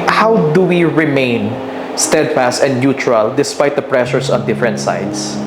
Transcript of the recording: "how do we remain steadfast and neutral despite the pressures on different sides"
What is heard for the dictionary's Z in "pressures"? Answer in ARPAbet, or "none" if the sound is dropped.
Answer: S